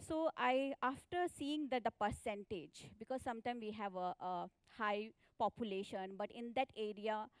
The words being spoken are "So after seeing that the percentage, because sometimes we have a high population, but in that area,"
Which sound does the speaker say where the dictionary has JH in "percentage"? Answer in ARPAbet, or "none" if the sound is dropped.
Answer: JH